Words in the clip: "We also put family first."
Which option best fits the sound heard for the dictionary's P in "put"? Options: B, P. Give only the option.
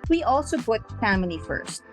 B